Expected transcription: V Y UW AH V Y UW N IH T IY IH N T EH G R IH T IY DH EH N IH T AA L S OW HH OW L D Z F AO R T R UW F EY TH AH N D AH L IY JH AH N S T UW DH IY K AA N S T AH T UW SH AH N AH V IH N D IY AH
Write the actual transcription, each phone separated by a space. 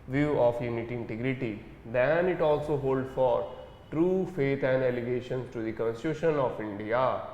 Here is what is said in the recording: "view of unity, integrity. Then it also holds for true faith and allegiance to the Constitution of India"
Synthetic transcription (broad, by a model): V Y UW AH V Y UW N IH T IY IH N T EH G R IH T IY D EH N IH T AA L S OW HH OW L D F AO R T R UW F EY T AH N D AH L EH SH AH N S T UW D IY K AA N S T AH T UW SH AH N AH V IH N D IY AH